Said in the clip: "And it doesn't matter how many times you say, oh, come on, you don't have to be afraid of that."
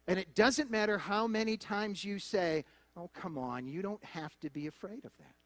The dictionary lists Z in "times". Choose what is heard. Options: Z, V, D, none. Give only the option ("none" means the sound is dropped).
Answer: Z